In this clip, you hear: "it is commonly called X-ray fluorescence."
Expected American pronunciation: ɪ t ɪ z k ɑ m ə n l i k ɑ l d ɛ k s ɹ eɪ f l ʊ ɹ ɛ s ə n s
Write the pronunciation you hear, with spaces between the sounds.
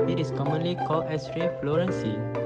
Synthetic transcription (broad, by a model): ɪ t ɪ s k ɑ m ə n l i k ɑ l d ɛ s ɹ eɪ f l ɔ ɹ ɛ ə n s